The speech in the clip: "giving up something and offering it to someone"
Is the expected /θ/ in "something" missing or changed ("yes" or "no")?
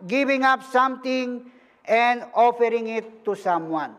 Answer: yes